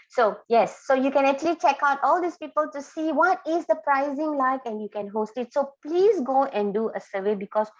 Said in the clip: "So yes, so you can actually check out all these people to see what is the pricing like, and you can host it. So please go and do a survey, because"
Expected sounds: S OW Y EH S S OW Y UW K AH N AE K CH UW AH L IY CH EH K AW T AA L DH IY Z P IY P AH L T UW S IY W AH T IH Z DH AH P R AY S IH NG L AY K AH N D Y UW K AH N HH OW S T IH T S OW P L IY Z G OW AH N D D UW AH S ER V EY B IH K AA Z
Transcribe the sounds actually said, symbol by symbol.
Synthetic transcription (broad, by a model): S OW Y EH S S OW Y UW K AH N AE K CH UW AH L IY CH EH K AW T AA L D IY S P IY P AH L T UW S IY W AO T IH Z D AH P R AY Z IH NG L AY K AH N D Y UW K AH N HH OW S T IH T S OW P L IY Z G OW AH N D D UW AH S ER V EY B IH K AA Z